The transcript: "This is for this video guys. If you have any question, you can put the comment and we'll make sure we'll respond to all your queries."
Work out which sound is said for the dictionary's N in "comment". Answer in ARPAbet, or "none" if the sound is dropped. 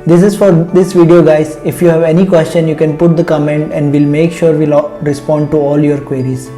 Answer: N